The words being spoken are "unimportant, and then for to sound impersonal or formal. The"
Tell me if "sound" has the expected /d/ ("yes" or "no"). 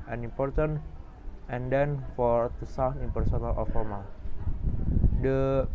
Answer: no